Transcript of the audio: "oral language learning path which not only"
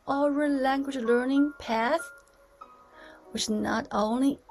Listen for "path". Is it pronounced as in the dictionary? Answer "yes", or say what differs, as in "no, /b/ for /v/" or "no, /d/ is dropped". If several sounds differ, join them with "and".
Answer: yes